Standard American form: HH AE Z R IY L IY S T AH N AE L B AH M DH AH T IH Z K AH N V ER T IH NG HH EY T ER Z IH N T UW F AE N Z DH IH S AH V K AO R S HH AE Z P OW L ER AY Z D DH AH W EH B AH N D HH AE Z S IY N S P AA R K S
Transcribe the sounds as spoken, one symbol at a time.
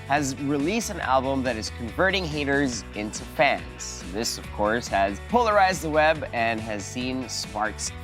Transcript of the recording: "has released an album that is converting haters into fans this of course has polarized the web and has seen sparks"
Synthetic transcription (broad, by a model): HH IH Z R IY L IY S T AH N AE L B AH M DH AH T IH Z K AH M V ER T IH NG HH EY T ER Z IH N T UW F AE N Z DH IH S AH V K AO R S HH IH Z P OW L ER AY Z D DH AH W EH B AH N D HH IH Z S IY N S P AA R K S